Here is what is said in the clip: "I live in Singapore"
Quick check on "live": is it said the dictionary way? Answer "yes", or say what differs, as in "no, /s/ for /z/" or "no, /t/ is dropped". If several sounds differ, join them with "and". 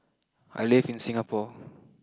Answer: no, /f/ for /v/